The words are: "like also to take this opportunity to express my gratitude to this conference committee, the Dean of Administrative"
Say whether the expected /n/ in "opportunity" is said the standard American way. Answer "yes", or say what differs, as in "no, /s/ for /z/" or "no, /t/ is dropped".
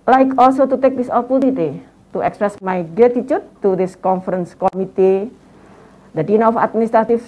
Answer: no, /l/ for /n/